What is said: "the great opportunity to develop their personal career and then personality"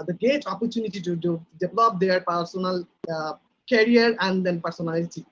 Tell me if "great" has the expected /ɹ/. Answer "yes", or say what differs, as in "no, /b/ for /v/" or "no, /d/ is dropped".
no, /ɹ/ is dropped